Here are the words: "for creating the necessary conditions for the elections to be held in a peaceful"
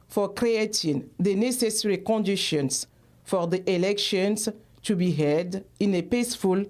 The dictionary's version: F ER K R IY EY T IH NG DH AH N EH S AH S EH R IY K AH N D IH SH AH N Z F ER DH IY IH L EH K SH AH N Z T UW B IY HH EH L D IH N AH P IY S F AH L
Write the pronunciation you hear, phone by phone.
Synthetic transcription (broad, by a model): F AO K R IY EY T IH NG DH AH N EH S AH S EH R IY K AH N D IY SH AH N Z F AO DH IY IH L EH K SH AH N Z T UW B IY HH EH D IH N AH P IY S F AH L